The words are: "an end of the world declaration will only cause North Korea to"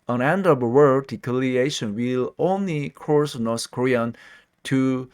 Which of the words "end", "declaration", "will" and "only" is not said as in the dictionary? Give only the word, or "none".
declaration